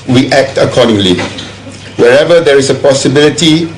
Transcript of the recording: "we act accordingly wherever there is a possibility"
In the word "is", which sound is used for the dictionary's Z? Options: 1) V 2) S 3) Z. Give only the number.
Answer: 2